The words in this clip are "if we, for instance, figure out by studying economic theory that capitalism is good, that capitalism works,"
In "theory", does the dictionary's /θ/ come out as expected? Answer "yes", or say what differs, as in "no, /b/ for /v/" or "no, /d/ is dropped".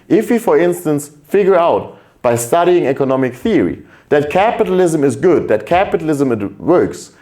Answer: yes